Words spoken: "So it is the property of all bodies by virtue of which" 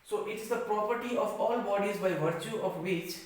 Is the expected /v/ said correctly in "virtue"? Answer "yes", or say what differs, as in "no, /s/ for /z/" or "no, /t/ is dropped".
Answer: yes